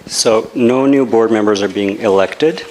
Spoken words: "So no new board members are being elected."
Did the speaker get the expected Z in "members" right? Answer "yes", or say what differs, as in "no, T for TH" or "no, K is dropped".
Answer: yes